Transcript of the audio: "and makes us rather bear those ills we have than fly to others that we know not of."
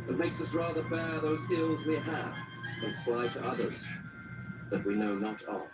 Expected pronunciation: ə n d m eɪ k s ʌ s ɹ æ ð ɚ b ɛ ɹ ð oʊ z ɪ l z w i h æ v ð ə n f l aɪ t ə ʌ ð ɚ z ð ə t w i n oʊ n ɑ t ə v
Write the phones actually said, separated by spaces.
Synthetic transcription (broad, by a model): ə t m eɪ k s ʌ s ɹ æ ð ɚ b ɛ ɹ ð oʊ z ɪ l z w i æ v ð ə n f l aɪ t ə ʌ ð ɚ z ð ə t w i n oʊ n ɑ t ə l